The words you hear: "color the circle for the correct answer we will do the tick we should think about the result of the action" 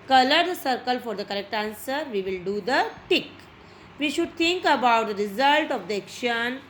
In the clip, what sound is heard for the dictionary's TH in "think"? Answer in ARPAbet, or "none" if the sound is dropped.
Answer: T